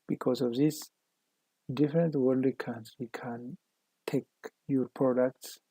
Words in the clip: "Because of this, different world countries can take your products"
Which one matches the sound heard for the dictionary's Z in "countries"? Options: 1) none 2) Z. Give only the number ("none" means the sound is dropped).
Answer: 1